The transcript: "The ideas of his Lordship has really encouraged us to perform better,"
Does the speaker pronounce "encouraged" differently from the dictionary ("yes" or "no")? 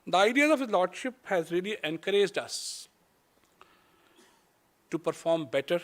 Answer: no